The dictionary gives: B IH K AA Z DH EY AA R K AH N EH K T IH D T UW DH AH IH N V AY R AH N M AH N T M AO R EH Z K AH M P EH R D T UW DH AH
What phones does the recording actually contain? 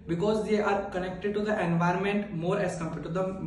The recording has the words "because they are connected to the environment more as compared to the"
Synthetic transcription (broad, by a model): B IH K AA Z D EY AA R K AH N EH K T IH D T UW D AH IH N V AY R AH N M AH N T M AO R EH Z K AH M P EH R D T UW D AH